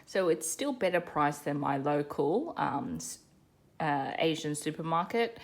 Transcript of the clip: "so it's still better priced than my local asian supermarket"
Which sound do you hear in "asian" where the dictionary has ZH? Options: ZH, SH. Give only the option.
ZH